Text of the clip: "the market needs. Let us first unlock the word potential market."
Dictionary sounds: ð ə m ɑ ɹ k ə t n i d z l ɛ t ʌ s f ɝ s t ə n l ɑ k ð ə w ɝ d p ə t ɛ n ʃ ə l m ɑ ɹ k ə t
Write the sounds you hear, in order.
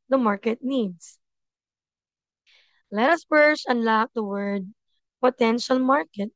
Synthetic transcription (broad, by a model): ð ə m ɑ ɹ k ə t n i d s l ɛ t ʌ s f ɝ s ə n l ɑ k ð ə w ɝ d p ə t ɛ n ʃ ə l m ɑ ɹ k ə t